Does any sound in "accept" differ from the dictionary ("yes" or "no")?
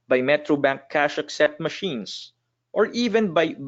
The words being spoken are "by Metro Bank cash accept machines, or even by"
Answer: yes